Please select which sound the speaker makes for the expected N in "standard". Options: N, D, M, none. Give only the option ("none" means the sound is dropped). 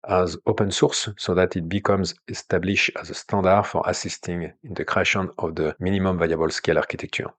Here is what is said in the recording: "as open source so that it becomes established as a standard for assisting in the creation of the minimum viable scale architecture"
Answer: none